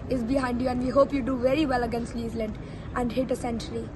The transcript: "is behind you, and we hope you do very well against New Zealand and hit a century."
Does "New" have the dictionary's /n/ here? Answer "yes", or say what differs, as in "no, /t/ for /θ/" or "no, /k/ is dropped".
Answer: no, /l/ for /n/